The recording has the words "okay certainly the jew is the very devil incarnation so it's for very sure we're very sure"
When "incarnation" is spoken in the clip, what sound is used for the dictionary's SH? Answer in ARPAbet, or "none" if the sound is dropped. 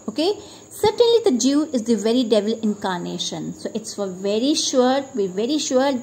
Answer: SH